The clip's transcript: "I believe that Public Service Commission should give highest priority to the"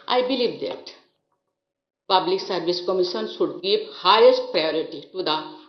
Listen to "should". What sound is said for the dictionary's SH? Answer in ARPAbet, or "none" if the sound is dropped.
S